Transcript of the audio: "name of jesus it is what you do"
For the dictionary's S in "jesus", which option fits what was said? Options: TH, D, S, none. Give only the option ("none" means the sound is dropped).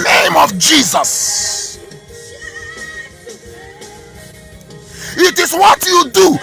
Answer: S